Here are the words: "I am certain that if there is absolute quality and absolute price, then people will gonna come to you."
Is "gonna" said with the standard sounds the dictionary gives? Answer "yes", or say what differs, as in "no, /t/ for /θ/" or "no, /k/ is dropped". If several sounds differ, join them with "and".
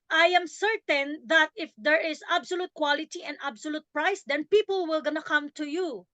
yes